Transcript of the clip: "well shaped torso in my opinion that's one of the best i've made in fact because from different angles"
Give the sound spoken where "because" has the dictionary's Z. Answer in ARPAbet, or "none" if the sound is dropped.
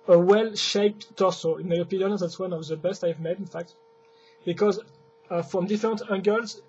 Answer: Z